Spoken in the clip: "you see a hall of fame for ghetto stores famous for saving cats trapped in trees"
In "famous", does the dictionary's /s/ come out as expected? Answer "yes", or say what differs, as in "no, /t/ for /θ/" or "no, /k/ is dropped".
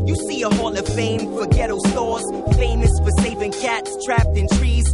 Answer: yes